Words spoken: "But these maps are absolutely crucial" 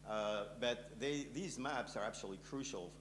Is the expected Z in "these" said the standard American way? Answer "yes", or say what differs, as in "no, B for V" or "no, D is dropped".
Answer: yes